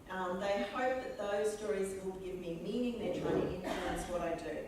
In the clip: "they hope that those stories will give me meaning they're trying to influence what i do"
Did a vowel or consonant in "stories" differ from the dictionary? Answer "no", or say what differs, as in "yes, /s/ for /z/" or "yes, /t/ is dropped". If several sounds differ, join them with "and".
no